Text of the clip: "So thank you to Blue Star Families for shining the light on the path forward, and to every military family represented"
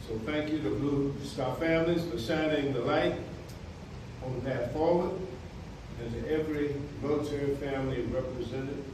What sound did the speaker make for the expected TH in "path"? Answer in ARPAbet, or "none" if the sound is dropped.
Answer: T